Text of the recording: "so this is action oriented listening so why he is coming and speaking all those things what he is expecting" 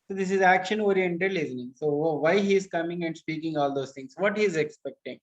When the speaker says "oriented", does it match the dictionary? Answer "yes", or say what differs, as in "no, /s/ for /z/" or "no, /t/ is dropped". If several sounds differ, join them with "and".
yes